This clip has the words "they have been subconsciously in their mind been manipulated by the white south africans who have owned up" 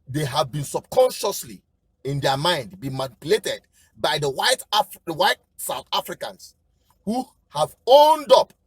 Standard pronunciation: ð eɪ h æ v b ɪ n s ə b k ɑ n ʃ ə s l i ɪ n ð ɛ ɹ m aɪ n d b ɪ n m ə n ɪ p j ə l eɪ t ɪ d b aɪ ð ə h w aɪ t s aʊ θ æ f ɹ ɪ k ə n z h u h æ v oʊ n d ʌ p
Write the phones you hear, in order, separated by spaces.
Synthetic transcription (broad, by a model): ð eɪ h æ v b ɪ n s ə b k ɑ n ʃ ə s l i ɪ n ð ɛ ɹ m aɪ n d b ɪ n m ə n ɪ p j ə l eɪ t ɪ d b aɪ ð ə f w aɪ t s aʊ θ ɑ f ɹ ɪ k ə n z h u h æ v oʊ n d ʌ p